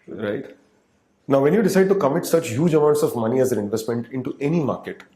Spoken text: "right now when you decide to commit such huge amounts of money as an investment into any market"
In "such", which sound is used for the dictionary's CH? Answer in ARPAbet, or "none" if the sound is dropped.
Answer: CH